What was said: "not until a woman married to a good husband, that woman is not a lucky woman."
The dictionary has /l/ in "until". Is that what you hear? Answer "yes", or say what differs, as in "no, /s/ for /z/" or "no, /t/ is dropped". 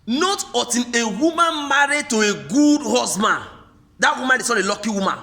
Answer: no, /n/ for /l/